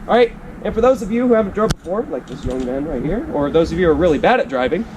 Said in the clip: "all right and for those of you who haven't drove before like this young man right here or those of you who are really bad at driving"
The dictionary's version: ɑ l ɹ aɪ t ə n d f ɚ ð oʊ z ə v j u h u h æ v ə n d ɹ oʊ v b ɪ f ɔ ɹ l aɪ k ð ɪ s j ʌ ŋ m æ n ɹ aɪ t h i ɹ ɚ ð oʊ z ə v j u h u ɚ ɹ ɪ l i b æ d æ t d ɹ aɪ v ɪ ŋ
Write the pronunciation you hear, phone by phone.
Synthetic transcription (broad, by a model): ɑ ɹ aɪ t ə n f ɚ ð oʊ z ə v j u h u h æ v ə n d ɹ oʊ b b ɪ f ɔ ɹ l aɪ k ð ɪ s j ʌ ŋ m æ n ɹ aɪ t h i ɹ ɚ ð oʊ z ə v j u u ɚ ɹ ɪ l i b æ d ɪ t d ɹ aɪ v ɪ ŋ